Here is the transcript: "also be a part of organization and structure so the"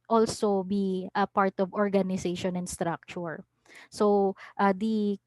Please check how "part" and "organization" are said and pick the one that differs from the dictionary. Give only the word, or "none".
organization